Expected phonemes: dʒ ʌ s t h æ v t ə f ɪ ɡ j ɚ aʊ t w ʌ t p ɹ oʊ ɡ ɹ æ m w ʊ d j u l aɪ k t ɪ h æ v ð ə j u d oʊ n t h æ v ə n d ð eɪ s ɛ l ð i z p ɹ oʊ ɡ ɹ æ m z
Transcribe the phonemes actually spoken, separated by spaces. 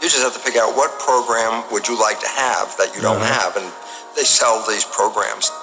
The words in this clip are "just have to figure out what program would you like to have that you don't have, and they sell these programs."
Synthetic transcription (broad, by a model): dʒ ʌ s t h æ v t ə p ɪ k aʊ t w ʌ t p ɹ oʊ ɡ ɹ æ m w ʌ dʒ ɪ l aɪ k t ɪ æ v ð ə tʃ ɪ d oʊ n t h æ v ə n ð eɪ s ɛ l ð i z p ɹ oʊ ɡ ɹ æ m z